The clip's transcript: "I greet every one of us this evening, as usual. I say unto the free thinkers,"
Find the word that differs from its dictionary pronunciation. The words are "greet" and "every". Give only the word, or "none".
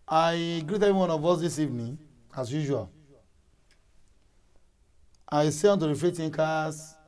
every